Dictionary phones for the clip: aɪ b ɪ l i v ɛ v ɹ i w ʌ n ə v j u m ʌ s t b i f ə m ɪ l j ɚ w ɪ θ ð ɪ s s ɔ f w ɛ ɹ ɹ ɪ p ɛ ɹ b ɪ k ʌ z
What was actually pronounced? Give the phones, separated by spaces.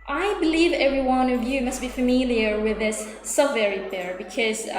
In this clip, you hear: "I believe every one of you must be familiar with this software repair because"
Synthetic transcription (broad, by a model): aɪ b ɪ l i v ɛ v ɹ i w ʌ n ə v j u m ʌ s t b i f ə m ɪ l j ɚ w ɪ ð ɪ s s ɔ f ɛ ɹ ɹ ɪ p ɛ ɹ b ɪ k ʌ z